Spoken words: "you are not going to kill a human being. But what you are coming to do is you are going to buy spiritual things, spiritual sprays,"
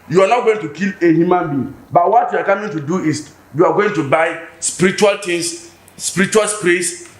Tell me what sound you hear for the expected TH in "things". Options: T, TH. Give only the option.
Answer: T